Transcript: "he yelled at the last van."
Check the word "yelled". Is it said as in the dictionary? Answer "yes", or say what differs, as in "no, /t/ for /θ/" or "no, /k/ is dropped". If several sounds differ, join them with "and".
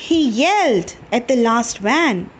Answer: yes